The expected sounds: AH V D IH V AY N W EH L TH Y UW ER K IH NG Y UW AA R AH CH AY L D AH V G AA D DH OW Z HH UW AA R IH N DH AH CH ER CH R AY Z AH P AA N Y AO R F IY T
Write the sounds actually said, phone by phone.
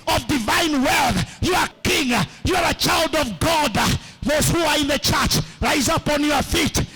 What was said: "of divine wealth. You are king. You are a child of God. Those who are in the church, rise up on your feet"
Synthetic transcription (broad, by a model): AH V D IH V AY N W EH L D Y UW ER K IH NG Y UW AA R AH CH AY L D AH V G AA D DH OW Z HH UW AA R IH N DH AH CH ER CH R AY Z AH P AA N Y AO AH F IY T